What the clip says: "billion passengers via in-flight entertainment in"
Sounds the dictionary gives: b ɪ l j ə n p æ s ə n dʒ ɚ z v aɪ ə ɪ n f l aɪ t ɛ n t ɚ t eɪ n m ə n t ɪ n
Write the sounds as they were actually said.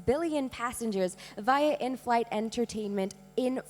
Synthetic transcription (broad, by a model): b ɪ l j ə n p æ s ə n dʒ ɚ z v aɪ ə ɪ n f l aɪ t ɛ n t ɚ t eɪ n m ə n t ɪ n